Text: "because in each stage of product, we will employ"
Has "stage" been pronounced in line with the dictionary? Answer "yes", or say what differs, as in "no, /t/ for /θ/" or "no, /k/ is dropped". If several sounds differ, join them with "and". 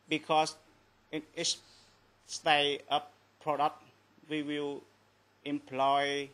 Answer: no, /dʒ/ is dropped